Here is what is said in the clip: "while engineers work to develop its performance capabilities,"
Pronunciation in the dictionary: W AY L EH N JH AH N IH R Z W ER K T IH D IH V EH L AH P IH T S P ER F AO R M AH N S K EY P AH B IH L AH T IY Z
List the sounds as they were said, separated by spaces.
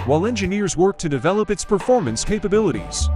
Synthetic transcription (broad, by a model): W AY L EH N JH AH N IH R Z W ER K T IH D IH V EH L AH P IH T S P ER F AO R M AH N S K EY P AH B IH L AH T IY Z